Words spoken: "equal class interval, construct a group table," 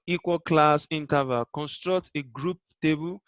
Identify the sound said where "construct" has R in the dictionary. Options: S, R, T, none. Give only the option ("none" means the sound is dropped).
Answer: R